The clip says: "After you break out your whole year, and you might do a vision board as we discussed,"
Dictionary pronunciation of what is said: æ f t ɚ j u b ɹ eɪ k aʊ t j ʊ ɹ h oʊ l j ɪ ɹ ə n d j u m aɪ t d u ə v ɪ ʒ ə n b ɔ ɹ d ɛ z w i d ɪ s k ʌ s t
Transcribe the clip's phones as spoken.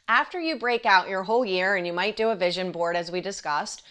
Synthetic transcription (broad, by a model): æ f t ɚ j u b ɹ eɪ k aʊ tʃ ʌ ɹ h oʊ l j ɪ ɹ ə n j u m aɪ t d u ə v ɪ ʒ ə n b ɔ ɹ d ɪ z w i d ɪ s k ʌ s t